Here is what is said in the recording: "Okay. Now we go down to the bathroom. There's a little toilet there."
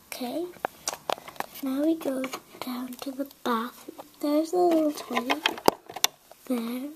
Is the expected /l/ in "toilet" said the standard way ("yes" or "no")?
no